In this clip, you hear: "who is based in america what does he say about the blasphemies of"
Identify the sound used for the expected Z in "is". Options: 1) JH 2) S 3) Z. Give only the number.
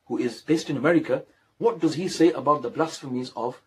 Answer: 3